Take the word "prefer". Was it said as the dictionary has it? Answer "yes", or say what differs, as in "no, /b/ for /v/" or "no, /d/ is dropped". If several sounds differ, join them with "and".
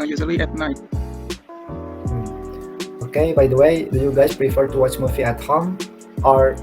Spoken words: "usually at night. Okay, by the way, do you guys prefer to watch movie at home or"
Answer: yes